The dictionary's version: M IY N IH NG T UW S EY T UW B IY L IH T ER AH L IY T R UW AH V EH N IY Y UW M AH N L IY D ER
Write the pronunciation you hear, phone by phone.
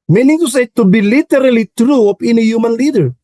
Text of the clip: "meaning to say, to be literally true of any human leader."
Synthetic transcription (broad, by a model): M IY N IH NG T UW S EY T UW B IY L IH T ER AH L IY T R UW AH P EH N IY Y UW M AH N L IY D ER